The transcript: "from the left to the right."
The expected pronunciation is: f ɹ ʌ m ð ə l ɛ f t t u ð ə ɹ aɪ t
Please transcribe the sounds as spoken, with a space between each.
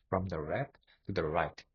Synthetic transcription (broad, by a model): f ɹ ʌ m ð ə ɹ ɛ t t u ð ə ɹ aɪ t